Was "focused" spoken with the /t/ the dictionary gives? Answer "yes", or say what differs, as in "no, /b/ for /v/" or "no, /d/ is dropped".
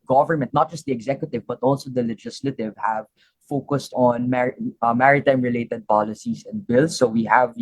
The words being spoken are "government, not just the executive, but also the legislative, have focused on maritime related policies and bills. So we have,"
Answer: yes